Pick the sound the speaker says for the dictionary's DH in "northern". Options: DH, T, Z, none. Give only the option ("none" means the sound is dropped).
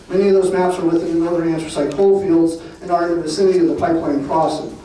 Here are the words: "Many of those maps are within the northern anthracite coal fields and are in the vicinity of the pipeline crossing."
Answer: none